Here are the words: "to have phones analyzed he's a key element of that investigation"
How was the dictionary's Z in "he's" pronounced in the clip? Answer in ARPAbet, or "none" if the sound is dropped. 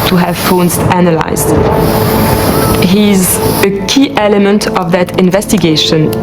Z